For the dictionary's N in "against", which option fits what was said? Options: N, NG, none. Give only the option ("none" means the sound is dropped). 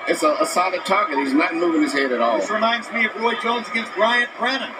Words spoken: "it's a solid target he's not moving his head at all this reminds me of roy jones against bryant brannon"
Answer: N